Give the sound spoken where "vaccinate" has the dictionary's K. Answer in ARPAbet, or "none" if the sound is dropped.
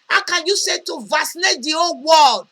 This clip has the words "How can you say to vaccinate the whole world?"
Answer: none